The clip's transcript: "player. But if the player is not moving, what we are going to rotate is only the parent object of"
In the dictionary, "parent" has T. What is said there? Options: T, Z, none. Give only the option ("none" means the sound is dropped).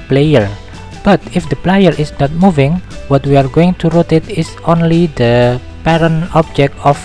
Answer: none